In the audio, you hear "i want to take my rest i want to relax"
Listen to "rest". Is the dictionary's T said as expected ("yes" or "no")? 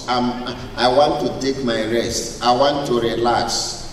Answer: yes